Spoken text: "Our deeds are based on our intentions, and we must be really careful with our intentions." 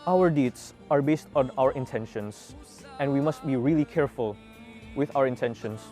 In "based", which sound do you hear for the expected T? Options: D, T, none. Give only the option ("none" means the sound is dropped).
T